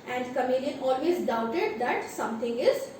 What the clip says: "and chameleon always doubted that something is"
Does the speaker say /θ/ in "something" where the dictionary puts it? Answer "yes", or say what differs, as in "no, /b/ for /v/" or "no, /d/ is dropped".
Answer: no, /t/ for /θ/